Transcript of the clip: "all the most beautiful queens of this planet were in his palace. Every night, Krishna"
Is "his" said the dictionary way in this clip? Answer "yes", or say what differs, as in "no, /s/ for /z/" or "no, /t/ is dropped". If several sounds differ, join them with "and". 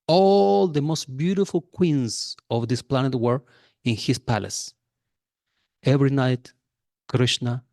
no, /s/ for /z/